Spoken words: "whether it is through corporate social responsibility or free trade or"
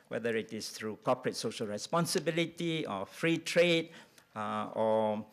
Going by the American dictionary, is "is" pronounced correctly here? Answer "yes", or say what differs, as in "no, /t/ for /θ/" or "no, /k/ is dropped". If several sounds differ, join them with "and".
no, /s/ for /z/